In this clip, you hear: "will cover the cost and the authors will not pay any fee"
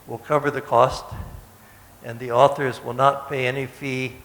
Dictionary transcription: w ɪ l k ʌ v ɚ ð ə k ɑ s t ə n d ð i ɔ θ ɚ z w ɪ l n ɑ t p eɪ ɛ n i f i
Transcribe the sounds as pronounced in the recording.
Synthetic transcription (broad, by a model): w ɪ l k ʌ v ɚ ð ə k ɑ s t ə n ð i ɔ θ ɚ z w ɪ l n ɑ t p eɪ ɛ n i f i